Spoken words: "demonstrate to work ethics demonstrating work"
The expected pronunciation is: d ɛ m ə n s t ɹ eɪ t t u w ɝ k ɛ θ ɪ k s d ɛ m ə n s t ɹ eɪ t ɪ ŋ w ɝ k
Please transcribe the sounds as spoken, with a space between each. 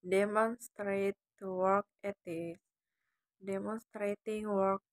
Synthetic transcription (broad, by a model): d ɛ m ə n s t ɹ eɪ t t u w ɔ k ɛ t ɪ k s d ɛ m ə n s t ɹ eɪ t ɪ ŋ w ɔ k